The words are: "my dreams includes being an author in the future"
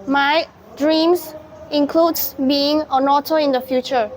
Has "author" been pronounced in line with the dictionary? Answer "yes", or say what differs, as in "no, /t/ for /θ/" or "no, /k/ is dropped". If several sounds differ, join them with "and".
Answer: no, /t/ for /θ/